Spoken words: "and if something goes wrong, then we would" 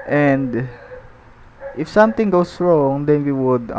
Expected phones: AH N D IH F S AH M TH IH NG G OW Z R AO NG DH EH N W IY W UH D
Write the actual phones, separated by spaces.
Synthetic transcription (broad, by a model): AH N D IH F S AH M T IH NG G OW S R AO NG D EH N W IY W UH D